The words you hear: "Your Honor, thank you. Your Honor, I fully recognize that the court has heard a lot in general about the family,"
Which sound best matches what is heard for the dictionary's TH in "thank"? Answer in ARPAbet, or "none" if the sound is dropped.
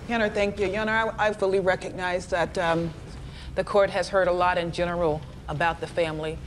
TH